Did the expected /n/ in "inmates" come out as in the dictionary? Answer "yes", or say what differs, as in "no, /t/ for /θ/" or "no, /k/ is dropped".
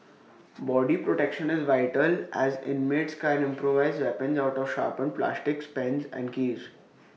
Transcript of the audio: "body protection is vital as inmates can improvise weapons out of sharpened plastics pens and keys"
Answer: yes